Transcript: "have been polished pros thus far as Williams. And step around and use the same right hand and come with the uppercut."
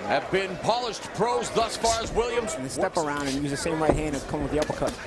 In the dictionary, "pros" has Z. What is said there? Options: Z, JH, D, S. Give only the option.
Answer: Z